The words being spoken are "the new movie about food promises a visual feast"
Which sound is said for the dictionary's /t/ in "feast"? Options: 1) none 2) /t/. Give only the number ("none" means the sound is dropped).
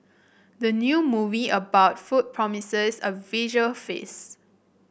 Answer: 1